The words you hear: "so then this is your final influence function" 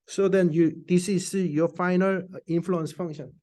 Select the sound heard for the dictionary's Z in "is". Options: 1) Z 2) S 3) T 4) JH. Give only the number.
2